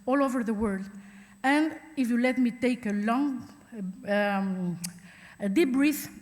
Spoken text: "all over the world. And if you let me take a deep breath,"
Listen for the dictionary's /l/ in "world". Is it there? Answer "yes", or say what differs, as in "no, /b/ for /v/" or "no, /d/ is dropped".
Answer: yes